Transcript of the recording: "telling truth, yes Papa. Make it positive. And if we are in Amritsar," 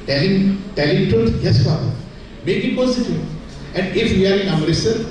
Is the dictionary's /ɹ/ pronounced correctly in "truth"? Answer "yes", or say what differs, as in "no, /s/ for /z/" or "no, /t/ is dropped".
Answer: no, /l/ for /ɹ/